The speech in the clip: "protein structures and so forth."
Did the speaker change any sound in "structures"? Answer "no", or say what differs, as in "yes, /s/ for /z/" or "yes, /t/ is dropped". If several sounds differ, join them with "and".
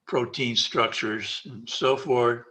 no